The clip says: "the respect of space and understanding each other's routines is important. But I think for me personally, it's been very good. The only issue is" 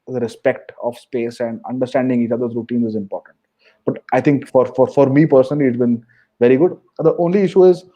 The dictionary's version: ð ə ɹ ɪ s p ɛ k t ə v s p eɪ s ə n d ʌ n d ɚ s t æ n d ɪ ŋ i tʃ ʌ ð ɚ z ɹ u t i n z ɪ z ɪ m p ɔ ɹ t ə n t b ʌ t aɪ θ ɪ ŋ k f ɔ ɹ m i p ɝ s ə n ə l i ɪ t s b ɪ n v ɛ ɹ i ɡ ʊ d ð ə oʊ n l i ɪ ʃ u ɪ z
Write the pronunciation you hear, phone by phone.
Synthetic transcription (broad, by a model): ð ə ɹ ɪ s p ɛ k t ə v s p eɪ s ə n d ʌ n d ɚ s t æ n d ɪ ŋ i tʃ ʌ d ɚ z ɹ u t i n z ɪ z ɪ m p ɔ ɹ t ə n t b ʌ t aɪ t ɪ ŋ k f ɔ ɹ m i p ɝ s ə n ə l i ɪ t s b ɪ n v ɛ ɹ i ɡ ʊ d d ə oʊ n l i ɪ ʃ u ɪ z